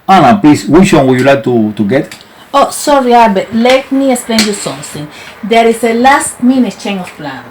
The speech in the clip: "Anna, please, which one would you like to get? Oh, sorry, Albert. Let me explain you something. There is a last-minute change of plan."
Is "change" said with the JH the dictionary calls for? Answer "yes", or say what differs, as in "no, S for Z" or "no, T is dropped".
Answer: no, JH is dropped